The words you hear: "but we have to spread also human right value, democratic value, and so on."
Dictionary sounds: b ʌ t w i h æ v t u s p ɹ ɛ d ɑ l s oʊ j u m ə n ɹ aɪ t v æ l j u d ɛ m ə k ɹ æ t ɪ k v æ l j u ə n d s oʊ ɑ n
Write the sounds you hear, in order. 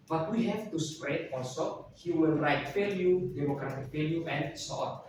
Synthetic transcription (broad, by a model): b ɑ t w i h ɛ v t u s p ɹ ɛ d ɑ l s oʊ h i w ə l ɹ aɪ t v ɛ l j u d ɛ m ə k ɹ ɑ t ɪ k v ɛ l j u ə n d s oʊ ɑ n